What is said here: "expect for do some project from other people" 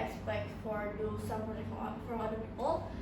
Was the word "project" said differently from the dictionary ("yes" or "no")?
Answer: yes